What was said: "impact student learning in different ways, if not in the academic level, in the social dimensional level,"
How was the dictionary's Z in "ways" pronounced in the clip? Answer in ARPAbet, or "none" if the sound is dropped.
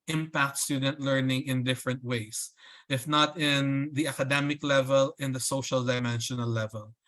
S